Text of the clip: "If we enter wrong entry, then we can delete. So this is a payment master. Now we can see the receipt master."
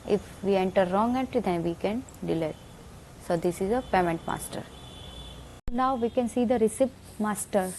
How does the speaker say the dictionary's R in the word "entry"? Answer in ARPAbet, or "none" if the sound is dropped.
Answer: none